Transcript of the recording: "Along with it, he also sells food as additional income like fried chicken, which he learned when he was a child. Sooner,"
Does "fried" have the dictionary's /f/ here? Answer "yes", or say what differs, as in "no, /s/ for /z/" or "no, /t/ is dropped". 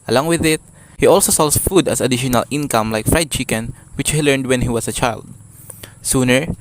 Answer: yes